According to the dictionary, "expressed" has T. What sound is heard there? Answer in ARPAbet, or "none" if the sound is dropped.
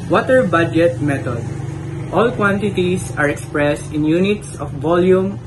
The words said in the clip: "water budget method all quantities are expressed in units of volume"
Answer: T